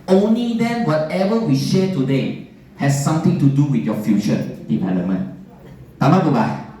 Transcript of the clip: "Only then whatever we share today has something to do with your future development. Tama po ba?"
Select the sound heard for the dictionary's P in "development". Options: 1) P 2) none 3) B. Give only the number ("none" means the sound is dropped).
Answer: 2